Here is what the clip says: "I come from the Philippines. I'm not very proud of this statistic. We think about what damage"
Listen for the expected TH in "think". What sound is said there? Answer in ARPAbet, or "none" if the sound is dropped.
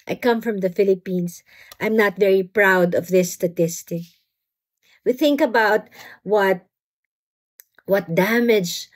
TH